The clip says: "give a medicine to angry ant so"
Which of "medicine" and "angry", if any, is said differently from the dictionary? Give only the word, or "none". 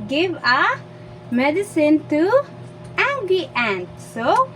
angry